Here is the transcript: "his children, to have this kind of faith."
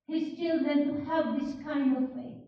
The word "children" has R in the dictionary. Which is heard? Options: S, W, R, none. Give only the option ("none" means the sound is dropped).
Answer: none